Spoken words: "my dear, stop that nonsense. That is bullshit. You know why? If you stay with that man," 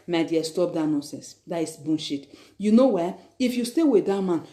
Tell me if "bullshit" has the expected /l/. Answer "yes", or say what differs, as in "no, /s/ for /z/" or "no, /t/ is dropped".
no, /n/ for /l/